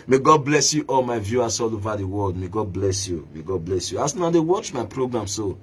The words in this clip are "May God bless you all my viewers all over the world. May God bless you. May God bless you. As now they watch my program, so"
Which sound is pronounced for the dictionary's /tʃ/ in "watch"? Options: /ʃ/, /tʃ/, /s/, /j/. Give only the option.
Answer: /tʃ/